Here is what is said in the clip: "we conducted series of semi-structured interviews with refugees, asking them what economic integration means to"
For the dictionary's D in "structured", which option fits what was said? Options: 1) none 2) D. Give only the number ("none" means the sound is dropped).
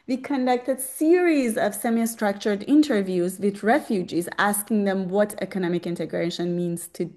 2